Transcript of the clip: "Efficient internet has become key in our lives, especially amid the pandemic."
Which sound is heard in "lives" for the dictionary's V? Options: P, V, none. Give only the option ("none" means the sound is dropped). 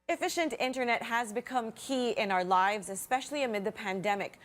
V